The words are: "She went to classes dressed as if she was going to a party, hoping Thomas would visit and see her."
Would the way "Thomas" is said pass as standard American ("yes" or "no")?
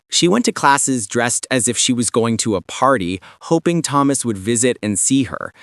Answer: yes